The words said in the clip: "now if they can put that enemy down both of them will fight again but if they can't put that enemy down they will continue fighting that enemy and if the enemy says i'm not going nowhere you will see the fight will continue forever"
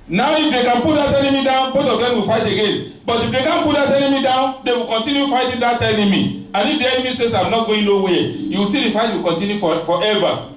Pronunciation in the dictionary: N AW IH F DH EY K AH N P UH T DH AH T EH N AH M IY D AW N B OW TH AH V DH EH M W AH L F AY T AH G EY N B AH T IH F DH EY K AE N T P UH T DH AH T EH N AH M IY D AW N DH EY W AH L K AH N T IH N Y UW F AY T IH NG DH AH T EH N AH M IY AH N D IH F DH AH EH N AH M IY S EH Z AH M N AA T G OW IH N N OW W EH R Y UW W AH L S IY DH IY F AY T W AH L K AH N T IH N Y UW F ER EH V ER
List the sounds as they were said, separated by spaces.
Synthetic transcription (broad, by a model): N AW IH F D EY K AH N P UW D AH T EH N AH M IY D AW N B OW T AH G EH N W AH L F AY T AH G EY N B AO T IH F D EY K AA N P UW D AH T EH N AH M IY D AW N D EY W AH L K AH N T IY N Y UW F AY T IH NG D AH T EH N AH M IY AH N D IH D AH EH N AH M IY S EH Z AH M N AA T G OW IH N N OW W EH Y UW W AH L S IY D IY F AY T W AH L K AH N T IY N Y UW F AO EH V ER